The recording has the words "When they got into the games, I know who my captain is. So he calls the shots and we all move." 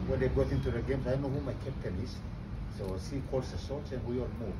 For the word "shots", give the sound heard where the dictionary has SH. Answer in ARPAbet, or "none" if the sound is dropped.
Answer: S